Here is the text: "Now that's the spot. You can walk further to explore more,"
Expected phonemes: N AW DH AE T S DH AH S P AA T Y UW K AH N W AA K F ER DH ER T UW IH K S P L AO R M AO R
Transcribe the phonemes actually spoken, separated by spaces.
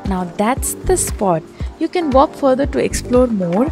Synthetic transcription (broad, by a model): N AW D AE T S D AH S P AA T Y UW K AH N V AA K F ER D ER T UW IH K S P L AO R M AO R